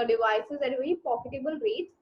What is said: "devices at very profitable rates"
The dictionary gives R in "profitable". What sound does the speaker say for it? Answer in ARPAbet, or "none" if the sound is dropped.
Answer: none